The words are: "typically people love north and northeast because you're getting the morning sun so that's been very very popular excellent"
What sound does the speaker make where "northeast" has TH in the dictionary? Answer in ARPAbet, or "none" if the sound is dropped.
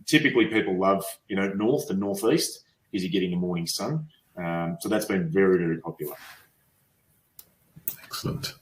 TH